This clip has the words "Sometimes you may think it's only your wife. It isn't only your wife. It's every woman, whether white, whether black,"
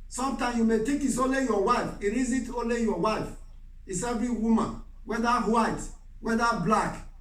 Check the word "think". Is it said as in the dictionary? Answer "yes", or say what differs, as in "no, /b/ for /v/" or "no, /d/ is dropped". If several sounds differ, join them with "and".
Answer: no, /t/ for /θ/ and /ŋ/ is dropped